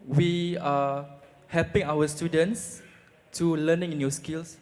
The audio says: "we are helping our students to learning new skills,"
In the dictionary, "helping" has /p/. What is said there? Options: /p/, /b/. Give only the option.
/p/